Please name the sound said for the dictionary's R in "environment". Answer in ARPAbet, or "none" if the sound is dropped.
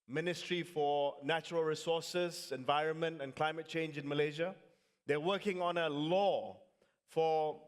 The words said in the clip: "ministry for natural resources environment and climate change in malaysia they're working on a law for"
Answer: R